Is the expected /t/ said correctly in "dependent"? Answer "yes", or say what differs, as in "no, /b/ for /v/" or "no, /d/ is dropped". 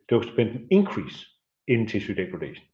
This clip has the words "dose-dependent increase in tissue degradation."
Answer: no, /t/ is dropped